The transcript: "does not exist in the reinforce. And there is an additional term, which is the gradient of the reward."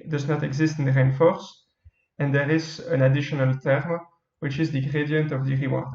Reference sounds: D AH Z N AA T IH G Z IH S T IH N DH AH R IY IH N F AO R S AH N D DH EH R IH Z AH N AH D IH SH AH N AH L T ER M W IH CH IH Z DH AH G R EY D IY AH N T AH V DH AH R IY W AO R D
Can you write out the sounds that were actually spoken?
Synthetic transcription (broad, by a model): D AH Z N AA T IH G Z IH S T IH N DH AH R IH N F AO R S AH N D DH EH R IH Z AH N AH D IH SH AH N AH L T ER M W IH CH IH Z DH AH G R EY D IY AH N T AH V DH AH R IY W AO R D